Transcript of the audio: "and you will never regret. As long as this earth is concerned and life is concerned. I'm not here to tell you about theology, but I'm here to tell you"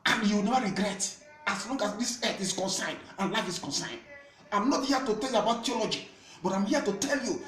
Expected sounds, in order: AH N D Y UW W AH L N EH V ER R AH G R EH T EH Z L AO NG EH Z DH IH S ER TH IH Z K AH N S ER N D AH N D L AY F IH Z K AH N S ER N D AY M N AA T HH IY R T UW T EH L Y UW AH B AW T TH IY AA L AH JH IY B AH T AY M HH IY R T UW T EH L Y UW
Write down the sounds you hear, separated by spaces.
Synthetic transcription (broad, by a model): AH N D Y UW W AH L N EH V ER R AH G R EH T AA S L AO NG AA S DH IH S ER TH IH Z K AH N S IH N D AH N L AY F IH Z K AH N S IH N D AY M N AA T HH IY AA T UW T EH L Y UW AH B AW T T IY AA L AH JH IY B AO T AY M HH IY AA T UW T EH L Y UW